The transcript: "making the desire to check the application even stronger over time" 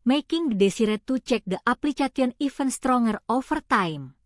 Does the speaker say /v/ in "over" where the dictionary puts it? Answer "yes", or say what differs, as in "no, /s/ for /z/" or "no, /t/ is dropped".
no, /f/ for /v/